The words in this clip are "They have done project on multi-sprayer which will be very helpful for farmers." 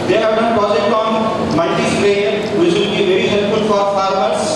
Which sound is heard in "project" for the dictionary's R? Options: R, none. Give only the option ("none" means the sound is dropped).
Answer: none